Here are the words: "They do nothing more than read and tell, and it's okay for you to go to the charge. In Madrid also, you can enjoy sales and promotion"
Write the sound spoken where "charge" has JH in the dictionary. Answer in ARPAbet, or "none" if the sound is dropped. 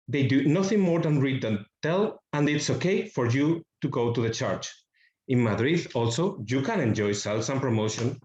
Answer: CH